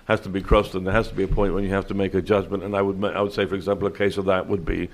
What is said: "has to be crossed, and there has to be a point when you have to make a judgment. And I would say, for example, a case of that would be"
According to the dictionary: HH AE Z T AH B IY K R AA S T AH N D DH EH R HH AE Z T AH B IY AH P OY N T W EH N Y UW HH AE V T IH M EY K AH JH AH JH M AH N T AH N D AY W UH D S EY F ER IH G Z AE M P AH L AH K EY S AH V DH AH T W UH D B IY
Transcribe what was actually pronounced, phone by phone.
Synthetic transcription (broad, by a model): HH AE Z T AH B IY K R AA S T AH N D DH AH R HH AE Z T AH B IY AH P OY N T W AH N Y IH HH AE F T IH M EY K AH JH AH JH M AH N T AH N D AY W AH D S EY F ER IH G Z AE M P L AH K EY S AH V DH AH T W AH D B IY